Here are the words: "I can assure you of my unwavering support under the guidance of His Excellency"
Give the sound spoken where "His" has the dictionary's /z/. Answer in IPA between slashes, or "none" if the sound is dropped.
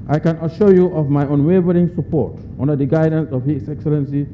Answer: /s/